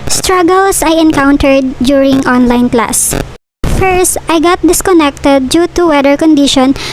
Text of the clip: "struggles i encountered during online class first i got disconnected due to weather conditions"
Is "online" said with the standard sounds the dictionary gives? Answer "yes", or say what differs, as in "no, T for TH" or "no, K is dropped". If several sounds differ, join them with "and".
yes